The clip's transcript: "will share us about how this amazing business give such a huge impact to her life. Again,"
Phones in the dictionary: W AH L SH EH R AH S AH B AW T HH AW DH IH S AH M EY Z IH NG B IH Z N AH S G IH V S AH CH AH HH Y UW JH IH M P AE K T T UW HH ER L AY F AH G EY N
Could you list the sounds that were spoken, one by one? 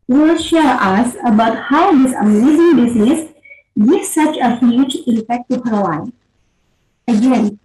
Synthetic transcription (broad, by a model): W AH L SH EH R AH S AH B AW T HH AW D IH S AH M EY Z IH NG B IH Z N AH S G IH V S AH CH AH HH Y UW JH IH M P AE K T T UW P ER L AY AH G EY N